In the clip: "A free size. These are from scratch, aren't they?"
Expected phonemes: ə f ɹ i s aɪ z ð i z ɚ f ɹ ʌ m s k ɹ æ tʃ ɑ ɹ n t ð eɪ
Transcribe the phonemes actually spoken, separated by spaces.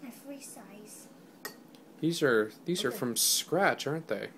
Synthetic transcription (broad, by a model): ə f ɹ i s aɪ z ð i z ɚ f ɹ ʌ m s k ɹ æ tʃ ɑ ɹ n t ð eɪ